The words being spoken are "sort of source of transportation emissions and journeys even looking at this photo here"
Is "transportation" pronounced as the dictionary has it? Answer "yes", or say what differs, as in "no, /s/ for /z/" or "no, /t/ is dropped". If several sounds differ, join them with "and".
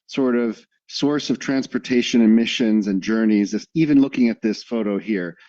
yes